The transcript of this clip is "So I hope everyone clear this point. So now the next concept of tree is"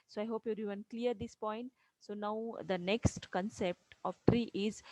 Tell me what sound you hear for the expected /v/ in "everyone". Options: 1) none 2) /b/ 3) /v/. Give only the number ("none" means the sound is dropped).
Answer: 1